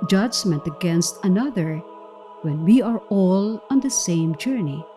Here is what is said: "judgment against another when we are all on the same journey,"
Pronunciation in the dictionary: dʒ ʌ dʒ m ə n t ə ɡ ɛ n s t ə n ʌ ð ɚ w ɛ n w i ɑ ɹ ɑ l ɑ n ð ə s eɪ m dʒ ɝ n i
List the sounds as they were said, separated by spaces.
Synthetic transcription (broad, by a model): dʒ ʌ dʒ m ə n t ə ɡ ɛ n s t ə n ʌ ð ɚ w ɛ n w i ɑ ɹ ɑ l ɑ n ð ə s eɪ m dʒ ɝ n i